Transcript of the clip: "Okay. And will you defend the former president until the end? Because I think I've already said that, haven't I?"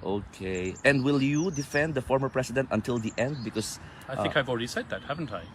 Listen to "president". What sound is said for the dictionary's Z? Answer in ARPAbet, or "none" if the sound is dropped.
S